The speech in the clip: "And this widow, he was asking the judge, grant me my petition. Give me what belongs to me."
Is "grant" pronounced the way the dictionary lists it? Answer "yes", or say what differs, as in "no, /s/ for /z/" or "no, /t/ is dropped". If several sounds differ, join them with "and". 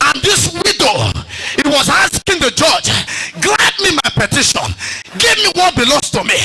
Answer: no, /l/ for /ɹ/